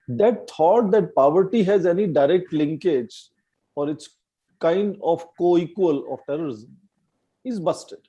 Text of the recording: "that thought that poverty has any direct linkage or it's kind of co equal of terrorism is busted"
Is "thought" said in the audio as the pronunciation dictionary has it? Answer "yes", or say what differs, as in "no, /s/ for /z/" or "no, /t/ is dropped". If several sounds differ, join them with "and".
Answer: no, /t/ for /θ/